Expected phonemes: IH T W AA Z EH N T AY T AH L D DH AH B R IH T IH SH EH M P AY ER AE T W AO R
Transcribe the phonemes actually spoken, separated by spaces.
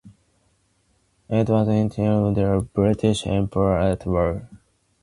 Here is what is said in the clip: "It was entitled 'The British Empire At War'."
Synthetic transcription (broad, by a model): IH T W AA Z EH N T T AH D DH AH B R IH T IH SH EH M P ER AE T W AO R